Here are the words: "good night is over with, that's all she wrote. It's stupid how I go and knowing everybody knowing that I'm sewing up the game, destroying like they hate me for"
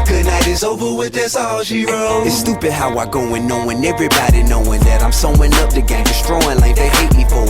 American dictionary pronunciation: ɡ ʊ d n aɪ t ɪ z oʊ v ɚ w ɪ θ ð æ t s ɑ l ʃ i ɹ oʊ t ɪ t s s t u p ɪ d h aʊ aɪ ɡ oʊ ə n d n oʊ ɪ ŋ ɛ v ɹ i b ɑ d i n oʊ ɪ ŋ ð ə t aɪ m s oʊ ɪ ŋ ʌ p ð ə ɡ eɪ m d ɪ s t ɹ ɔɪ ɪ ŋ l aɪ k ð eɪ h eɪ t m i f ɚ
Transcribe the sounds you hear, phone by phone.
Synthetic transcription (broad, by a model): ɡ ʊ d n aɪ t ɪ z oʊ v ɚ w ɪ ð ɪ s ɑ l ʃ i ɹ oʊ ɪ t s s t u p ɪ d h aʊ aɪ ɡ oʊ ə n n oʊ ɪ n ɛ v ɹ i b ɑ d i n oʊ ɪ ŋ ð ə t aɪ m s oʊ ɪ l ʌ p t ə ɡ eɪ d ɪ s t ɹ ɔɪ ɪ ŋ l aɪ k ð eɪ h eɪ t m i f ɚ